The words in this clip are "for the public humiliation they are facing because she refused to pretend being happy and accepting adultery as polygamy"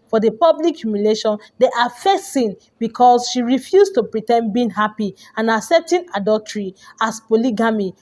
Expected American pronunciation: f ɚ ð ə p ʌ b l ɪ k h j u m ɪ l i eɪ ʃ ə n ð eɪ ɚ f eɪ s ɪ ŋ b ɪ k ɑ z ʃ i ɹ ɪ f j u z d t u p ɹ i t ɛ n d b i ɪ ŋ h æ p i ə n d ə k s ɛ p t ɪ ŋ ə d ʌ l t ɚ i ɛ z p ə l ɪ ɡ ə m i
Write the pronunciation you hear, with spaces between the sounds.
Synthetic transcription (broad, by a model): f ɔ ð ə p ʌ b l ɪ k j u m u l eɪ ʃ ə n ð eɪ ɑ f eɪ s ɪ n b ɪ k ɑ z ʃ i ɹ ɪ f j u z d t u p ɹ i t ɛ n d b i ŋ h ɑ p i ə n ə s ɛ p t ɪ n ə d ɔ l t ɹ i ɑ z p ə l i ɡ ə m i